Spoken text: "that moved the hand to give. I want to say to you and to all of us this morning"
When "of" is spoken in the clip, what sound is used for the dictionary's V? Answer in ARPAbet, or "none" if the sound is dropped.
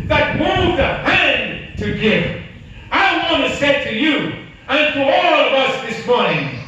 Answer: V